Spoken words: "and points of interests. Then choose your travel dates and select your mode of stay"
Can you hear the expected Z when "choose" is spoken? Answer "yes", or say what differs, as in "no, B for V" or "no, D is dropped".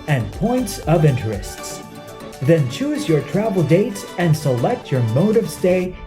yes